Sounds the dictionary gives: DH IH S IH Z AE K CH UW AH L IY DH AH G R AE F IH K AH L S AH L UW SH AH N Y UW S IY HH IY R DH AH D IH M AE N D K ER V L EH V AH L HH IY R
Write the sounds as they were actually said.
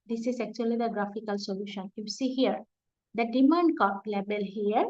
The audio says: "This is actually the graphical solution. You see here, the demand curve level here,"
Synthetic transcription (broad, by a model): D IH S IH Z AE K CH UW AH L IY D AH G R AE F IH K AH L S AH L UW SH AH N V S IY HH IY R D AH D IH M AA N D K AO P L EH B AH L HH IY R